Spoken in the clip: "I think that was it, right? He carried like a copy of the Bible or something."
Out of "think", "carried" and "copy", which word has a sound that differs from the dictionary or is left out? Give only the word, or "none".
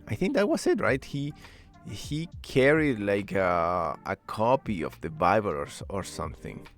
none